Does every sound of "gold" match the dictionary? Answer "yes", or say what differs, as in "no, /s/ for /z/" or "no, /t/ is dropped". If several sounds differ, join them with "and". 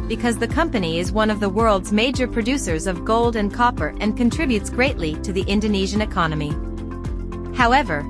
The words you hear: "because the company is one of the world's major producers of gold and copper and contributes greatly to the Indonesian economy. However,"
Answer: yes